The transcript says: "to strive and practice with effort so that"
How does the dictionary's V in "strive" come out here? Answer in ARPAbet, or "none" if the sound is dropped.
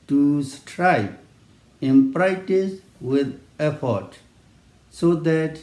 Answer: P